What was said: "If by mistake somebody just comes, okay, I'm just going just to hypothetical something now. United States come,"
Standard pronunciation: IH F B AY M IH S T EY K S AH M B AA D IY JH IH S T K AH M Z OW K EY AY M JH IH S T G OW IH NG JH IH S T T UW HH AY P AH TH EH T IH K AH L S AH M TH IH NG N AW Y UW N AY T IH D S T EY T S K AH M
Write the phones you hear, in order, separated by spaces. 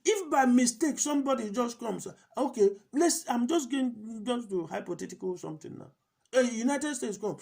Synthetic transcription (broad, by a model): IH F B AY M IH S T EY K S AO M B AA D IY JH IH S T K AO M S OW K EY AY M JH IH S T G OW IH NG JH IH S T T UW HH AY P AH T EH T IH K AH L S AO M T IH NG N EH Y UW N AY T IH D S T EY T S K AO M